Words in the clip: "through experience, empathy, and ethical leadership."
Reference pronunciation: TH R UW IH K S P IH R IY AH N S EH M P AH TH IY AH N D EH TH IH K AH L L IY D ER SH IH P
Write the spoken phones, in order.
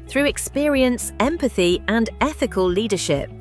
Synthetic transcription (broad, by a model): TH R UW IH K S P IH R IY AH N S EH M P AH TH IY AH N EH TH IH K AH L L IY D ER SH IH P